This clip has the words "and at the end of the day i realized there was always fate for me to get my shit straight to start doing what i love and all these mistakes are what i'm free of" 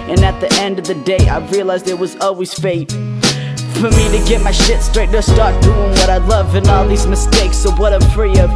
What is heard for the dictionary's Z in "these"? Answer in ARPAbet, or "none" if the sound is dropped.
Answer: Z